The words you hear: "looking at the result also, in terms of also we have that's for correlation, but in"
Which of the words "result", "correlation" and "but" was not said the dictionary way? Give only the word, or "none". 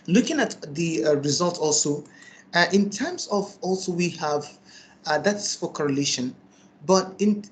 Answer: none